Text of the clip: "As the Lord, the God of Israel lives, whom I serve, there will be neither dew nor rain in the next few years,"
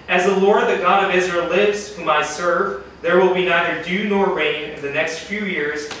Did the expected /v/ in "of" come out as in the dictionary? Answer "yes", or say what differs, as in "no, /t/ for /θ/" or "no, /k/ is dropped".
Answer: yes